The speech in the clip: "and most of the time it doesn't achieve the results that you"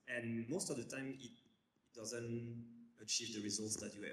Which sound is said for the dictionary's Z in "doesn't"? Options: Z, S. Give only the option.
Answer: Z